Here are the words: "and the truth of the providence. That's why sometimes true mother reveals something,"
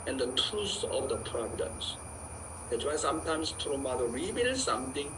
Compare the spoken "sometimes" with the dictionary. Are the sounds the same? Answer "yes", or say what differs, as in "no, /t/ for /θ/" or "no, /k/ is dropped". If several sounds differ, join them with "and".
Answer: no, /s/ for /z/